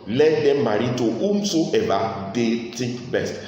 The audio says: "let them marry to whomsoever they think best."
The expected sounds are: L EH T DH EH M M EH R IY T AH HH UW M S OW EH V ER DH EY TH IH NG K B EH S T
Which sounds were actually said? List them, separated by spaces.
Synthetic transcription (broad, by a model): L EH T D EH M M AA R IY T AH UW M S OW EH B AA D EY T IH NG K B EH S T